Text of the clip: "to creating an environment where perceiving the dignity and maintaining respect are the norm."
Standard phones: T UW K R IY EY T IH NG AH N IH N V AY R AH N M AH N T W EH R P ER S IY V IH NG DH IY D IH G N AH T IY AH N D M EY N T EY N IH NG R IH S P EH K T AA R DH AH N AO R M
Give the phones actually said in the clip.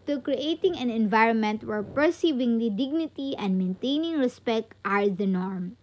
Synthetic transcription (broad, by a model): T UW K R IY EY T IH NG AH N IH N V AY R AH N M AH N T W EH R P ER S IY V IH NG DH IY D IH G N AH T IY AH N D M EY N T EY N IH NG R IH S P EH K T AA R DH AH N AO R M